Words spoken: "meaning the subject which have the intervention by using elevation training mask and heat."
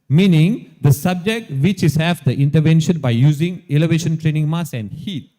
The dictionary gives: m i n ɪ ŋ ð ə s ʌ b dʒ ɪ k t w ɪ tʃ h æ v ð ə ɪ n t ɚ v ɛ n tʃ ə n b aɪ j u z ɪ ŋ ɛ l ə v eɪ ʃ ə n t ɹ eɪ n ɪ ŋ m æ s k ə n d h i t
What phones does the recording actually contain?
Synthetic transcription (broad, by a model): m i n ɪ ŋ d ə s ʌ b dʒ ɪ k t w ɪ tʃ h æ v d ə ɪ n t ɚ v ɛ n ʃ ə n b aɪ j u z ɪ ŋ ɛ l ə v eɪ ʃ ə n t ɹ eɪ n ɪ ŋ m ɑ s ə n d h i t